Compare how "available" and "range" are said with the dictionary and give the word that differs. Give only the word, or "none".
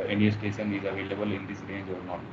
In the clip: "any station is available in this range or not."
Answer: range